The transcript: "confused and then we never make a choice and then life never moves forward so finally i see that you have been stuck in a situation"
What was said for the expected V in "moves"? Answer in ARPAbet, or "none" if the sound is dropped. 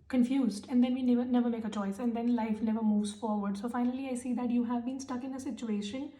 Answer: V